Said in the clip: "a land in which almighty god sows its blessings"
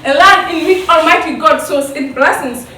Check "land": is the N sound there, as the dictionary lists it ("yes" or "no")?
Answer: no